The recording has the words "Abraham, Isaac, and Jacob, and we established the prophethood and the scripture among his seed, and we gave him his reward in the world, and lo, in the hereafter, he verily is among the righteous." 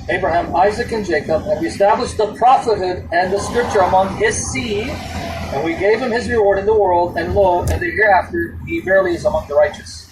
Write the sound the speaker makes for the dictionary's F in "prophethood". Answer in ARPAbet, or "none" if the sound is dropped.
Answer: F